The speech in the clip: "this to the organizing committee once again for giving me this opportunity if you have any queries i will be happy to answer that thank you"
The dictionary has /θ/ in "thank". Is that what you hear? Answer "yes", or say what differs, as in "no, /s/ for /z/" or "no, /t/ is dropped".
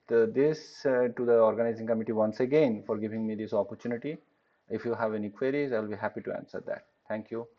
no, /t/ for /θ/